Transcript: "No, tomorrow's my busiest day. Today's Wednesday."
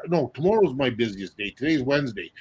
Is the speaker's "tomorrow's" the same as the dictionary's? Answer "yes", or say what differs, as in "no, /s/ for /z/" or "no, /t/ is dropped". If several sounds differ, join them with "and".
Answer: yes